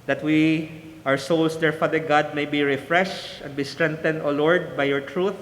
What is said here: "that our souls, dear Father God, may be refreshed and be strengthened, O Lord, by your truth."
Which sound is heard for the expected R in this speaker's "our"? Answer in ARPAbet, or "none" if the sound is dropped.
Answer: W